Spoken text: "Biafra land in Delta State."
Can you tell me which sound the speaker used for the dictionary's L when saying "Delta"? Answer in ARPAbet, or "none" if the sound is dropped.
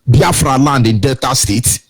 none